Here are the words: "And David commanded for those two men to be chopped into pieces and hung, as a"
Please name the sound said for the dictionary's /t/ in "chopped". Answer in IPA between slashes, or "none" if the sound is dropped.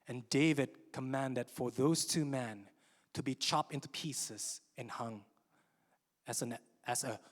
/t/